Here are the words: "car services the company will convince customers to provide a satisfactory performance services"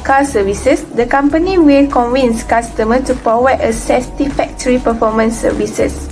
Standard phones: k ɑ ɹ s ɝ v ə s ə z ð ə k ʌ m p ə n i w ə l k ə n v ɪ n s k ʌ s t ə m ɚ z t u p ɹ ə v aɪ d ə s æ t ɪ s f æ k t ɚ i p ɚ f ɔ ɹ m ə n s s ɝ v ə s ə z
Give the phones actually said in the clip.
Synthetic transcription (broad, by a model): k ɑ s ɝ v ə s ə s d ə k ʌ m p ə n i w ə l k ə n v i n s k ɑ s t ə m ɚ t u p ɹ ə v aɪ ə s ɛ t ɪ f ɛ k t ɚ i p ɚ f ɔ m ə n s s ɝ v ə s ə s